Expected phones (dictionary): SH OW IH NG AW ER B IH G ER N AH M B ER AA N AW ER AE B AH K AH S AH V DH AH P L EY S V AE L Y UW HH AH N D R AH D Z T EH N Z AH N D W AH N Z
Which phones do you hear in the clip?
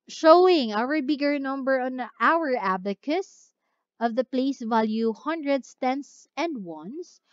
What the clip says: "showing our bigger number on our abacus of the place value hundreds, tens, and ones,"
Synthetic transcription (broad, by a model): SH OW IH NG AW ER B IH G ER N AH M B ER AA N AW ER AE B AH K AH S AH V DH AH P L EY S V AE L Y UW HH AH N D R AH D S T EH N S AH N D W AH N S